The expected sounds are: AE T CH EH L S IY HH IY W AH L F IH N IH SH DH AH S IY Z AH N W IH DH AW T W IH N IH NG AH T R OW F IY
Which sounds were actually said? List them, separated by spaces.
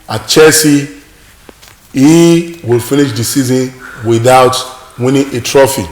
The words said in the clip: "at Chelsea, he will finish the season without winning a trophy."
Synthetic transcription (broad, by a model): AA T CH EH S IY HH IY W AH L F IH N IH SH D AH S IY Z AH N W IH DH AW T W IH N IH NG AH T R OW F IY